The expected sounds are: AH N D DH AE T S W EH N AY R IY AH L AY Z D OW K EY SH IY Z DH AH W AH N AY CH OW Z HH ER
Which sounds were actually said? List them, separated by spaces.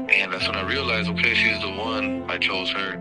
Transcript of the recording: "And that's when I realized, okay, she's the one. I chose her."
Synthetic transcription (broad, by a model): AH N DH AE T S W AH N AY R IY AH L AY Z OW K EY SH IY Z DH AH W AH N AY CH OW Z HH ER